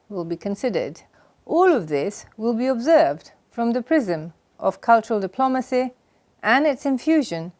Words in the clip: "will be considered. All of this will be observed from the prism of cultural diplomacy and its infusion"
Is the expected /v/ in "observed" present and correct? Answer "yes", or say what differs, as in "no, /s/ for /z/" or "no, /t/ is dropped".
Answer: yes